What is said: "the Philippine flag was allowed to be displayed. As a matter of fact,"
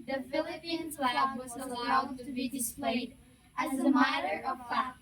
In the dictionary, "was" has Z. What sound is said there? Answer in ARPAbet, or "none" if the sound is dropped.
Z